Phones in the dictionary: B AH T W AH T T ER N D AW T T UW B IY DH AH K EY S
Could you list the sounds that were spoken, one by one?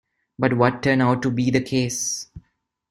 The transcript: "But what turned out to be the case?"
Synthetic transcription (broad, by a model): B AH T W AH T T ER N AW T T UW B IY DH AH K EY S